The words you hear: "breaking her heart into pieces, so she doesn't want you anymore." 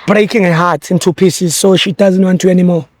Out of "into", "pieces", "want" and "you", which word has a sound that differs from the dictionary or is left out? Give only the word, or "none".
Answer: none